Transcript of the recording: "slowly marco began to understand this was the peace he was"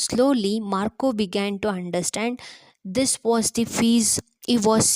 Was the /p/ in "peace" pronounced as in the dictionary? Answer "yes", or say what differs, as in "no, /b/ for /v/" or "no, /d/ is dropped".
no, /f/ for /p/